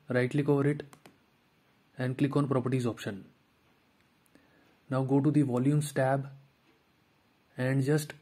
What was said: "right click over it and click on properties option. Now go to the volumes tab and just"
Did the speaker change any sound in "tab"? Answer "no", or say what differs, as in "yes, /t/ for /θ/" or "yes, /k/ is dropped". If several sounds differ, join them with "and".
no